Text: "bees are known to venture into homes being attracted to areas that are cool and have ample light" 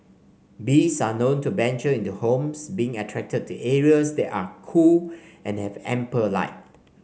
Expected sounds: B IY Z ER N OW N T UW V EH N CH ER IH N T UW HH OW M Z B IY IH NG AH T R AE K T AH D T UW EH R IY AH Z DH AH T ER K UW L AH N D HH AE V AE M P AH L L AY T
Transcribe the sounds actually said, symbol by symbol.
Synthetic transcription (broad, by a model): B IY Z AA N OW N T UW B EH N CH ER IH N T UW HH OW M S B IY IH NG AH T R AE K T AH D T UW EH R IY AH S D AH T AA K UW L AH N HH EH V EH M P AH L L AY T